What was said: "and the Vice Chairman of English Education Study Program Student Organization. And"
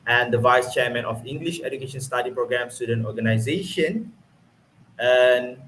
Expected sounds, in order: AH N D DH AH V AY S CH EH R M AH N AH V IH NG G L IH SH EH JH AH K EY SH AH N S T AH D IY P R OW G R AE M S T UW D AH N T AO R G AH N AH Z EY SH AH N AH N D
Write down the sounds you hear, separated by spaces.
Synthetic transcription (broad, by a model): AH N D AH V AY S CH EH M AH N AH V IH NG G L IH SH EH JH AH K EY SH AH N S T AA D IY P R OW G R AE M S T UW D AH N T AO G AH N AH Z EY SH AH N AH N